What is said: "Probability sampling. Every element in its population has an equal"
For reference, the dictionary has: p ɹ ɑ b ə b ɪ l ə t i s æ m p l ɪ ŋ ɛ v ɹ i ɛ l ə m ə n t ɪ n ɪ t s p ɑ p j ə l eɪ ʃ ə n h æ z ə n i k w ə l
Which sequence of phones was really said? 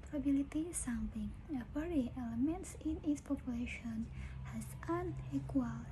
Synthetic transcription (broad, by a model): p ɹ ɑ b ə l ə t i s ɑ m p ɪ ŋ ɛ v ɹ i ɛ l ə m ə n t ɪ n ɪ t s p ɑ p j ə l eɪ ʃ ə n h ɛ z ə n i k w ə l